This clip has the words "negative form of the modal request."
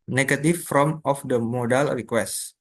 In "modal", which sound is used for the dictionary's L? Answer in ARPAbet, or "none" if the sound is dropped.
L